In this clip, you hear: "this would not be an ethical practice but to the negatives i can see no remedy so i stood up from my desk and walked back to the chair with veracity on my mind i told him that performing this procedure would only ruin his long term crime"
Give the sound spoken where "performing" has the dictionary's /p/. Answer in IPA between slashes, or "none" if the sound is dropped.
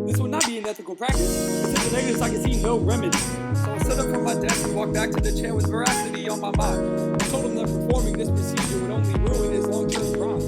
/p/